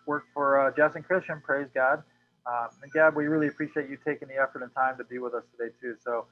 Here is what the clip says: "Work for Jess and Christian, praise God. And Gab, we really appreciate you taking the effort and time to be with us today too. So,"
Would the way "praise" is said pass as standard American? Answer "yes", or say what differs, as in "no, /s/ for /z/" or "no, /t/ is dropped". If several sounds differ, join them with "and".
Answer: yes